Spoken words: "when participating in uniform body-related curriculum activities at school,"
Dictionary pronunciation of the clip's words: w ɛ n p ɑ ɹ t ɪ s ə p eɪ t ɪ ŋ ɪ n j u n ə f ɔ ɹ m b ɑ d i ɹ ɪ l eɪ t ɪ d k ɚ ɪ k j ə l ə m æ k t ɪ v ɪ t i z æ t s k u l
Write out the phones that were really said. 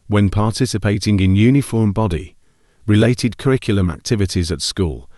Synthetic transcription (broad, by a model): w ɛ n p ɑ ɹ t ɪ s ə p eɪ t ɪ ŋ ɪ n j u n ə f ɔ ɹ m b ɑ d i ɹ ɪ l eɪ t ɪ d k ɚ ɪ k j l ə m æ k t ɪ v ɪ t i z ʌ t s k u l